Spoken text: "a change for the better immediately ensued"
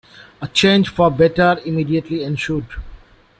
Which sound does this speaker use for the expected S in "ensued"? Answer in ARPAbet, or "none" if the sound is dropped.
SH